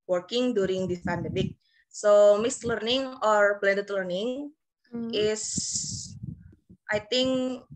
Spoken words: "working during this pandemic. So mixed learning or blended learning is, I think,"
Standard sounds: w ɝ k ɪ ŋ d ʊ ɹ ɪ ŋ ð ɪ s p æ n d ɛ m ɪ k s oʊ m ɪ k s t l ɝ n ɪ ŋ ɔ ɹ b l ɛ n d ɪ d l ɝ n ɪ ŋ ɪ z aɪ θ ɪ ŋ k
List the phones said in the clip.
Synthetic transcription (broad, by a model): w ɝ k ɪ ŋ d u ɹ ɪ ŋ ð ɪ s p æ n d ɛ m ɪ k s oʊ m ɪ s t l ɝ n ɪ ŋ ɔ ɹ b l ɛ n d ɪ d l ɝ n ɪ ŋ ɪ s aɪ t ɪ ŋ k